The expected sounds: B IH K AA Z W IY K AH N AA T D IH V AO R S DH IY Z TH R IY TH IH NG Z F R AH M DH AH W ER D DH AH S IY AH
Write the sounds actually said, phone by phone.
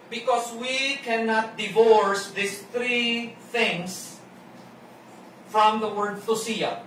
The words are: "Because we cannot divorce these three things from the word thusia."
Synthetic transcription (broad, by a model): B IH K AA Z W IY K AH N AA T D IH V AO R S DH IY S TH R IY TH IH NG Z F R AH M DH AH W ER D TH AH S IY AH